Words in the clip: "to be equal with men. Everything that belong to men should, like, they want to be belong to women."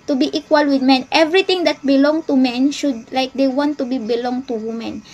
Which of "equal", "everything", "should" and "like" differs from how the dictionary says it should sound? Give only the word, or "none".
everything